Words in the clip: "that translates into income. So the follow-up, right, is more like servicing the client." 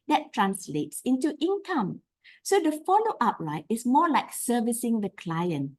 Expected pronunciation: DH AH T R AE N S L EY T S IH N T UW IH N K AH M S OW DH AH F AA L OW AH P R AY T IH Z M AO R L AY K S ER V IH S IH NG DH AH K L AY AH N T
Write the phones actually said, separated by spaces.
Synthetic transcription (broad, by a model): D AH T R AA N S L EY T S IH N T UW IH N K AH M S OW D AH F AA L OW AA P R AY T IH S M AO L AY K S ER V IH S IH NG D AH K L AY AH N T